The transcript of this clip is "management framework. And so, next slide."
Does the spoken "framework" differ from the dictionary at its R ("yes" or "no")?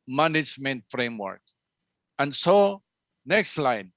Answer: no